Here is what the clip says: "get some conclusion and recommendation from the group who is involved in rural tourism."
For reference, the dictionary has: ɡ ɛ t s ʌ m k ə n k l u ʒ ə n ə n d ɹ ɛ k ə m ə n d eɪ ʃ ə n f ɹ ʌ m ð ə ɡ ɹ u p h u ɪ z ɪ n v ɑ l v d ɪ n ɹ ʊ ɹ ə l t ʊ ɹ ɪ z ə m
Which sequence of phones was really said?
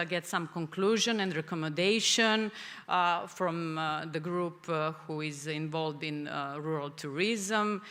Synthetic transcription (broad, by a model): ɡ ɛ t s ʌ m k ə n k l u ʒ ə n ə n d ɹ ɛ k ə m ə n d eɪ ʃ ə n f ɹ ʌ m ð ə ɡ ɹ u p h u ɪ z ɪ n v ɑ l v d ɪ n ɹ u ɹ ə l t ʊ ɹ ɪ z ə m